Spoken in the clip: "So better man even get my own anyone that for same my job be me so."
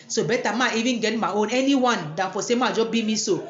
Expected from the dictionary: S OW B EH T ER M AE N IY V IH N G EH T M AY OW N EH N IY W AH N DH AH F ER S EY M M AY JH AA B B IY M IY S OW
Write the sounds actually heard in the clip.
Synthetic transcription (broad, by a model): S OW B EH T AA M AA IY V IH N G EH T M AY OW N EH N IY W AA N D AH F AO S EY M M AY JH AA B B IY M IY S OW